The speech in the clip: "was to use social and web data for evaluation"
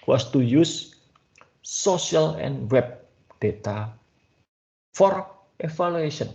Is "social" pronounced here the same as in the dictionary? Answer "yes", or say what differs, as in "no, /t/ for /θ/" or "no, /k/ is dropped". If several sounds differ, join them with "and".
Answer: no, /ʃ/ is dropped